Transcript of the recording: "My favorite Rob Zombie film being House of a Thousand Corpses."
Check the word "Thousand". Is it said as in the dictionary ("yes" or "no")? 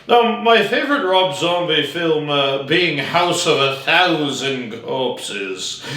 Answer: yes